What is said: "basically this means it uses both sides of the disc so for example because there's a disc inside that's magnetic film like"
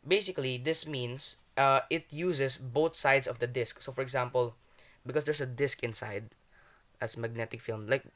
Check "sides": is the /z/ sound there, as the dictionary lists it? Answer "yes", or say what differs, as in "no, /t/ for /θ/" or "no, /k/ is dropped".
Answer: no, /s/ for /z/